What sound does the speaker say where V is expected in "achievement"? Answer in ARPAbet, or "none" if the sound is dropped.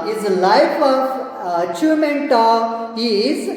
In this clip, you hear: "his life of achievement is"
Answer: none